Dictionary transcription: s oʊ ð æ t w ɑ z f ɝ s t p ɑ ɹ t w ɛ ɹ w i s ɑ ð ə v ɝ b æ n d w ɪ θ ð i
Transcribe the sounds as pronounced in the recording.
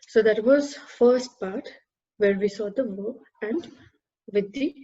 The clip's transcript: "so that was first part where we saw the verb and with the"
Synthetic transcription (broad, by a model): s oʊ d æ t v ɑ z f ɝ s t p ɑ ɹ t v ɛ ɹ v i s ɑ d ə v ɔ æ n d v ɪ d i